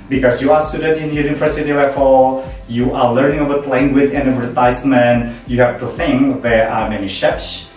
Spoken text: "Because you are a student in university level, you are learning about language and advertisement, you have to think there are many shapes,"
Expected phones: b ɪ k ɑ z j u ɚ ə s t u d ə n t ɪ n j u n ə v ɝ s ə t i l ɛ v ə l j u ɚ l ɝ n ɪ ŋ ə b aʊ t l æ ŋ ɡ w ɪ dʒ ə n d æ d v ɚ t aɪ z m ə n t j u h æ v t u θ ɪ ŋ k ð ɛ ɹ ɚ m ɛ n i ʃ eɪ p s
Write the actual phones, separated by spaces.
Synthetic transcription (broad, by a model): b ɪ k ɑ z j u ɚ ə s t u d ə n t ɪ n j u n ə v ɝ s ə t i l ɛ f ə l j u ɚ l ɝ n ɪ ŋ ə b aʊ t l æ ŋ ɡ w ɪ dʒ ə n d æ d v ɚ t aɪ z m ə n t j u h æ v t u θ ɪ ŋ k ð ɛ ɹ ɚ m ɛ n i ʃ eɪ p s